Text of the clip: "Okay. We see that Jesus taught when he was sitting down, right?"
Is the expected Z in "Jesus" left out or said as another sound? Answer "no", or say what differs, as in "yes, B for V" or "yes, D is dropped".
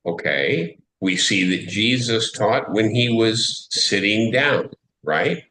no